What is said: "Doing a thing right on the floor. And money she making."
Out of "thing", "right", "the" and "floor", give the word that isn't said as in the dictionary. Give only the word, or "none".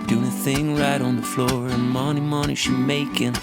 none